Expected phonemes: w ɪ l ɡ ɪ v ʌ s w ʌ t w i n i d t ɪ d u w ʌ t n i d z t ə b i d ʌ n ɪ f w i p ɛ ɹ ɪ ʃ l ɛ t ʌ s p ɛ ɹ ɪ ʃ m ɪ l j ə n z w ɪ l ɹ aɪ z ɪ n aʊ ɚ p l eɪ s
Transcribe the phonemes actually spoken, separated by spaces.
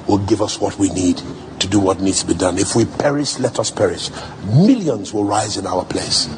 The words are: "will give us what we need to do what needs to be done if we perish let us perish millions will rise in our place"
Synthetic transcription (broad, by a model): w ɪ l ɡ ɪ v ʌ s w ʌ t w i n i d t ɪ d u w ʌ t n i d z t ə b i d ʌ n ɪ f w i p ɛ ɹ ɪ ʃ l ɛ t ʌ s p ɛ ɹ ɪ ʃ m ɪ l j ə n z w ɪ l ɹ aɪ z ɪ n aʊ ɚ p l eɪ s